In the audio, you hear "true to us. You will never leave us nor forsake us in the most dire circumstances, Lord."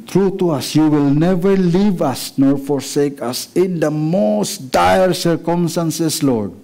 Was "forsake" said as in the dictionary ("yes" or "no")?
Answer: yes